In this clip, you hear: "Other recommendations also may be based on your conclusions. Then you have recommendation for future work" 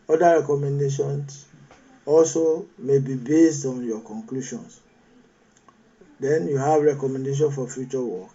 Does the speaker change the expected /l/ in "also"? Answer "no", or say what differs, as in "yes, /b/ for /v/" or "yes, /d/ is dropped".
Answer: no